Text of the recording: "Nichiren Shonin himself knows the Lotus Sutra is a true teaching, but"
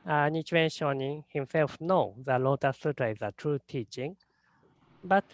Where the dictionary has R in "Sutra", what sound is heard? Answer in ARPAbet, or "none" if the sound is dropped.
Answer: none